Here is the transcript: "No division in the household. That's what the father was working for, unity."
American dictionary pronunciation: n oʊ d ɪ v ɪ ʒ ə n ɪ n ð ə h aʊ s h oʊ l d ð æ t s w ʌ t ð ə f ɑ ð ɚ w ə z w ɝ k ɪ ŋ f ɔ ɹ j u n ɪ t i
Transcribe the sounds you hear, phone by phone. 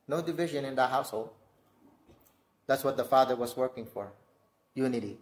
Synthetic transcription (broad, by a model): n oʊ d ɪ v ɪ ʒ ə n ɪ n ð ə h aʊ s h oʊ l d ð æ t s w ʌ t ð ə f ɑ ð ɚ w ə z w ɝ k ɪ ŋ f ɔ ɹ j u n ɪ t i